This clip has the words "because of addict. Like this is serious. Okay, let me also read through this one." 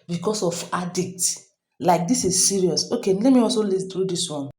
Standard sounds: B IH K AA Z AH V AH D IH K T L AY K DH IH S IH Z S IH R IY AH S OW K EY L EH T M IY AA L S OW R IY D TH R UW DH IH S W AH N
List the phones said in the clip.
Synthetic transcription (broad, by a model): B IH K AA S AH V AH D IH K T L AY K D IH S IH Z S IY R IY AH S OW K EY L EH T M IY AA L S OW L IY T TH R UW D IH S W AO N